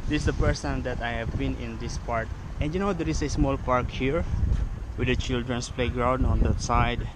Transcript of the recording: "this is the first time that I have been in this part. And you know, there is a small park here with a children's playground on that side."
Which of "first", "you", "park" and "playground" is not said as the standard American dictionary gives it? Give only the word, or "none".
first